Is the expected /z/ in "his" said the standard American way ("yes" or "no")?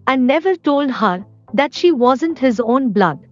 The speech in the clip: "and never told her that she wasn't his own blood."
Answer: yes